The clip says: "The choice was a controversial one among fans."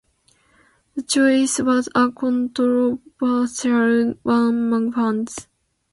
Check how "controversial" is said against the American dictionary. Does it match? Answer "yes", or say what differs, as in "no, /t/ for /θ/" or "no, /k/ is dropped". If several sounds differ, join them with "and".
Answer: no, /b/ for /v/ and /s/ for /ʃ/